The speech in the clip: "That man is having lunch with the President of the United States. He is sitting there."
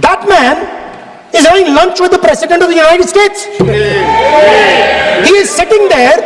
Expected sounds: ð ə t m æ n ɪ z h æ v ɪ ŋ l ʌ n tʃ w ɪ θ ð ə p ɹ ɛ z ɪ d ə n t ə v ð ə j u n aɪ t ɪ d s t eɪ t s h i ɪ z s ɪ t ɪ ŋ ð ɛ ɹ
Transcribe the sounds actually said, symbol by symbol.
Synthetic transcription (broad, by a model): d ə t m æ n ɪ z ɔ ɪ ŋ l ʌ n tʃ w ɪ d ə p ɹ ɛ s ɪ d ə n t ə v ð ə j u n aɪ t ɪ d s t eɪ t s h i ɪ z s ɪ t ɪ ŋ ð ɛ ɹ